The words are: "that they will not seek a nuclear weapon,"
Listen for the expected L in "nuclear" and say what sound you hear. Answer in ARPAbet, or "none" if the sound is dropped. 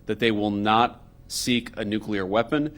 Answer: L